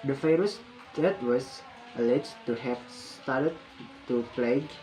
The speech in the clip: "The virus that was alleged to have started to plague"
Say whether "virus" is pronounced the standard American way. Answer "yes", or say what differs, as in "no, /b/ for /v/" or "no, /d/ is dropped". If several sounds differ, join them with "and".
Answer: no, /f/ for /v/